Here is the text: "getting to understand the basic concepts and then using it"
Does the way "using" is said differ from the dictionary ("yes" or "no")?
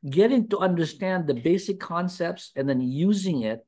no